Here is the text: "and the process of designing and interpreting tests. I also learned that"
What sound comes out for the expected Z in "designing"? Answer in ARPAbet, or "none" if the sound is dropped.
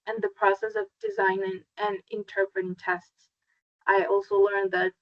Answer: Z